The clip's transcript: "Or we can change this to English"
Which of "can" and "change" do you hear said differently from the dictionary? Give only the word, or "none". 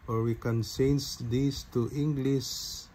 change